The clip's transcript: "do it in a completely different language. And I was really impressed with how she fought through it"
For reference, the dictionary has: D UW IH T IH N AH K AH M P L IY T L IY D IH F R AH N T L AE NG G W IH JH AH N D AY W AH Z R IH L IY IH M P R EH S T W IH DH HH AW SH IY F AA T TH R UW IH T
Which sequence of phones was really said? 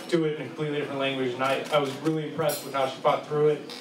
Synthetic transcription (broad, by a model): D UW IH T IH N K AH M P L IY T L IY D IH F R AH N L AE NG G W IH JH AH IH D AY W AH Z R IH L IY IH M P R EH S T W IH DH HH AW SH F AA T TH R UW IH T